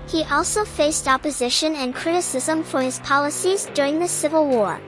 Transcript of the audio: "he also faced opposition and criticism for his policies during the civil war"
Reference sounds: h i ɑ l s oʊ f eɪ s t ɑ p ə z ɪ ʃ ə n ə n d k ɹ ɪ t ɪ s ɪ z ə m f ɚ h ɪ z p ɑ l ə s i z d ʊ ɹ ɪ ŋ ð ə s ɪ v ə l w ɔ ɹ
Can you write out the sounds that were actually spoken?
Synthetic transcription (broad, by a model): h i ɑ l s oʊ f eɪ s t ɑ p ə z ɪ ʃ ə n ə n k ɹ ɪ t ɪ s ɪ z ə m f ɚ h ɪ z p ɑ l ə s i z d ʊ ɹ ɪ ŋ ð ə s ɪ v ə l w ɔ ɹ